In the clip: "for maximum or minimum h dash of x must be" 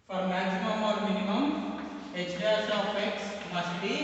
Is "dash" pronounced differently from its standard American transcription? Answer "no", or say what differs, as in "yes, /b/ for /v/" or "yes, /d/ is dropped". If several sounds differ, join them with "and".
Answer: yes, /s/ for /ʃ/